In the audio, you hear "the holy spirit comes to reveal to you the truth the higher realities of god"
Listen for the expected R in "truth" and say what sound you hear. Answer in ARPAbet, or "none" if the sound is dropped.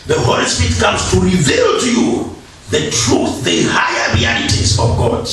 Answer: R